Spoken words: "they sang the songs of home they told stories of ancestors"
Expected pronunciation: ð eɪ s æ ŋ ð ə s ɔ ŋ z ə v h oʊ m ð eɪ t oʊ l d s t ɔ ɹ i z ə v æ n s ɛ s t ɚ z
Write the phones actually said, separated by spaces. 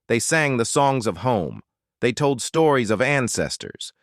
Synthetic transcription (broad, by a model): ð eɪ s æ ŋ ð ə s ɔ ŋ z ə v h oʊ m ð eɪ t oʊ l d s t ɔ ɹ i z ə v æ n s ɛ s t ɚ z